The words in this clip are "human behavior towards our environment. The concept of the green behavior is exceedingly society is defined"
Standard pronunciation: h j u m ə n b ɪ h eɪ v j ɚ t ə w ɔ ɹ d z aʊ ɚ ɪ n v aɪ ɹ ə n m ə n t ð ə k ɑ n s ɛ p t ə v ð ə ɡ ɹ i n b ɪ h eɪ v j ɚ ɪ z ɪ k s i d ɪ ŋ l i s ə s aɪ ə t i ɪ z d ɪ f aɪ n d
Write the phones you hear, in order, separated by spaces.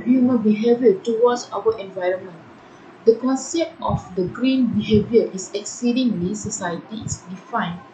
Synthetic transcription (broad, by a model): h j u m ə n b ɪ h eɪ v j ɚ t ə w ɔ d s aʊ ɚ ɪ n v aɪ ɹ ə n m ə n t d ə k ɑ n s ɛ p t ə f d ə ɡ ɹ i n b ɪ h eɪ v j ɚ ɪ s ɪ k s i d ɪ ŋ l i s ə s aɪ ə t i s d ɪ f aɪ n